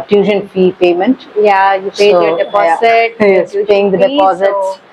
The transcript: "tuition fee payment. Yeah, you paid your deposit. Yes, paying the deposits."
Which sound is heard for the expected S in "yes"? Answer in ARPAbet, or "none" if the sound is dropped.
none